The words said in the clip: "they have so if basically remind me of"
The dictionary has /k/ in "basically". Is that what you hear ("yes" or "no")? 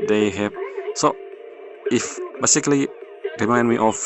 yes